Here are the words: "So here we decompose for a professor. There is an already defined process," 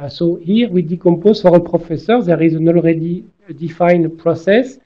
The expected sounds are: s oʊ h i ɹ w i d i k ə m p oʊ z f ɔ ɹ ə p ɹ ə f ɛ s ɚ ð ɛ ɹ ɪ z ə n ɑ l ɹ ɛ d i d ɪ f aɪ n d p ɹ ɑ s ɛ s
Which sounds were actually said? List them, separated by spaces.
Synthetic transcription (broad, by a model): s oʊ h i ɹ w i d i k ə m p oʊ z f ɔ ɹ ə p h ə f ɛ s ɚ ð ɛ ɹ ɪ z ə n ɑ l ɹ ɛ d i d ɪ f aɪ n p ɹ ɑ s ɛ s